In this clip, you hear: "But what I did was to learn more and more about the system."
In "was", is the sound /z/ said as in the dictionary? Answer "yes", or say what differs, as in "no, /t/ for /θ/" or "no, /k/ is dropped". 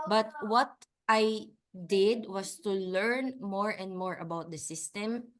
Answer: no, /s/ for /z/